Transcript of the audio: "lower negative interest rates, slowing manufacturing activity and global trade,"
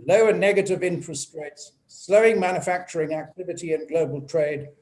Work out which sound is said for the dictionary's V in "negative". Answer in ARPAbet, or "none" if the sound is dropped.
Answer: V